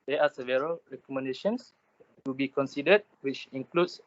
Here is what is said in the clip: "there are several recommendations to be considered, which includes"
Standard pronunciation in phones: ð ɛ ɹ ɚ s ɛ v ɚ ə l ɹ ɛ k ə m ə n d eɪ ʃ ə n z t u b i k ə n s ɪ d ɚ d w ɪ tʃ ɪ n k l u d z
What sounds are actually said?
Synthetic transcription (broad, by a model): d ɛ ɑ s ɛ v ɚ ə l ɹ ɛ k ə m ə n d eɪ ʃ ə n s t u b i k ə n s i d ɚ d w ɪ tʃ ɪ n k l u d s